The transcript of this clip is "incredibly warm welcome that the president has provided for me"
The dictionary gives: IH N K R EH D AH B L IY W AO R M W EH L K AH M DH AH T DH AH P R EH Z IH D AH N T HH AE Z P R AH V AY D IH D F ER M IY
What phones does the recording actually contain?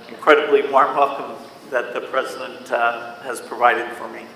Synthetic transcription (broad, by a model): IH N K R EH D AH B L IY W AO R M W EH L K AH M DH AH T DH AH P R EH Z IH D AH N T HH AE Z P R AH V AY D IH D F ER M IY